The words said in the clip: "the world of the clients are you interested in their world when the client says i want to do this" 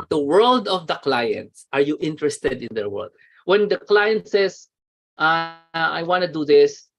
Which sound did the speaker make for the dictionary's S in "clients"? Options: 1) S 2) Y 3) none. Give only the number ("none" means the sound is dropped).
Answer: 1